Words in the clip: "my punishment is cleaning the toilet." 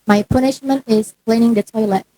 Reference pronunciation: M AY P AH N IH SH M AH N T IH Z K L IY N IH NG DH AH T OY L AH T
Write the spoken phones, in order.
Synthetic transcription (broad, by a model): M AY P AH N IH SH M AH N T IH Z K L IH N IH NG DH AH T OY L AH T